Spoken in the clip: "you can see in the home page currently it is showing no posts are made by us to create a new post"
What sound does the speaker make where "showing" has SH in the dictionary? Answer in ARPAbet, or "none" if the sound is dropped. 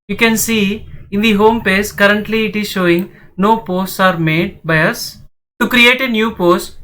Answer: SH